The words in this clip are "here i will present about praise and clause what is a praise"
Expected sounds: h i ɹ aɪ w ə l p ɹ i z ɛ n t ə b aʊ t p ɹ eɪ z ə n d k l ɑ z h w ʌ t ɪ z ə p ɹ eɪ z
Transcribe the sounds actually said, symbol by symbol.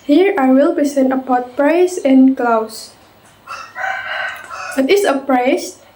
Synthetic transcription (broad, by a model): h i ɹ aɪ w ə l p ɹ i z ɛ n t ə b aʊ t p ɹ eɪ s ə n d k l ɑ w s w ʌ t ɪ s ə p ɹ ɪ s